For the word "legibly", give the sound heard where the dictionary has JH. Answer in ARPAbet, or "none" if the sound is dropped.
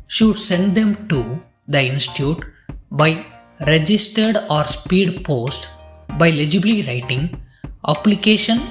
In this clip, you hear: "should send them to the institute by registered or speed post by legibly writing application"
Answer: JH